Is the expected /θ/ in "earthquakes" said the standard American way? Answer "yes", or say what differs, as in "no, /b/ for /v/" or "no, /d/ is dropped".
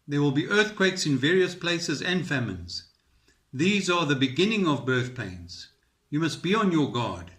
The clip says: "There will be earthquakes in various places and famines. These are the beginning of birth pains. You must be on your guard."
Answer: yes